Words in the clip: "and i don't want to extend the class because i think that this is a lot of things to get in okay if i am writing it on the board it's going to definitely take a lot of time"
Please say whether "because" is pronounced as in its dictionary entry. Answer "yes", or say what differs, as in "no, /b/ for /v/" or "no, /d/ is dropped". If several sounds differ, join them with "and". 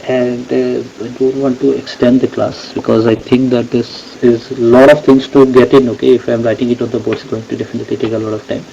yes